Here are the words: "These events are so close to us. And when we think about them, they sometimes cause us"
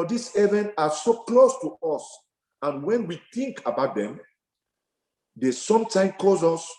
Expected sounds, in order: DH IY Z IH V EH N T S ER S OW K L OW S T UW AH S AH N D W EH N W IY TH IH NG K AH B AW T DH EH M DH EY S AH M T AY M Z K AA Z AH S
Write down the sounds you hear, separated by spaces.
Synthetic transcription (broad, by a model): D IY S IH V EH N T AA S OW K L OW S T UW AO S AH N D W EH N W IY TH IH NG K AH B AW T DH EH M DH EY S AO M T AY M K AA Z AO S